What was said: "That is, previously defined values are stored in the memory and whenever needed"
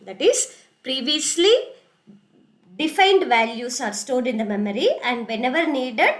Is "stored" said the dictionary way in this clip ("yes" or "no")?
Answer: no